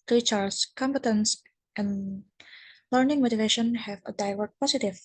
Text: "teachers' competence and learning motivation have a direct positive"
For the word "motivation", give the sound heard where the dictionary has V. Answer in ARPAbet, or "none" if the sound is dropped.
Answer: V